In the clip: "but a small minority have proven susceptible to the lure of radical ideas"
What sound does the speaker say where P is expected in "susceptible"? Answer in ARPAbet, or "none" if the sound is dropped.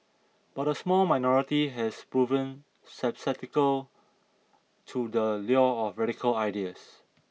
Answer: none